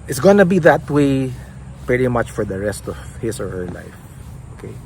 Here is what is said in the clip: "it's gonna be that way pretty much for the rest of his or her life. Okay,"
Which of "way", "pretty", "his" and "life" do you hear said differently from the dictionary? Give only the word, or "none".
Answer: his